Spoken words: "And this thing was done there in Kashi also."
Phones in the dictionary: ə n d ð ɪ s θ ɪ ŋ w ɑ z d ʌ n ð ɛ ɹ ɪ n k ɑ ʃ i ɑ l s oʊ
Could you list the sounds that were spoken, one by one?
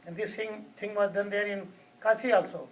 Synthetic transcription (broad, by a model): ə n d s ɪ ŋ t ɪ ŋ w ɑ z d ʌ n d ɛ ɹ ɪ n k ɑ s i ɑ l s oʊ